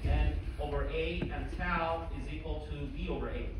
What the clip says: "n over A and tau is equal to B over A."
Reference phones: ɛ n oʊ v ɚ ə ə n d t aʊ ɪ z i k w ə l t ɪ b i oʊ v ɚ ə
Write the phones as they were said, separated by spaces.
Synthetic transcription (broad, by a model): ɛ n oʊ v ɚ ə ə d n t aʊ ɪ z i k w ə l t ɪ b i oʊ v ɚ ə